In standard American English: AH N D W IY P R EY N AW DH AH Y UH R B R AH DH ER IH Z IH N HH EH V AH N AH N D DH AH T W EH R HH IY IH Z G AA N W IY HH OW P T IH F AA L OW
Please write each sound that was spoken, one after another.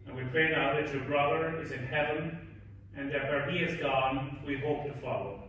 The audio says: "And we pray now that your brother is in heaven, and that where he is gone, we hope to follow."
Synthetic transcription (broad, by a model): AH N W IY P R EY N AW DH AH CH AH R B R AH DH ER IH Z IH N HH EH V AH N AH N DH AH T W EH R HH IY IH Z G AA N W IY HH OW P T IH F AA L OW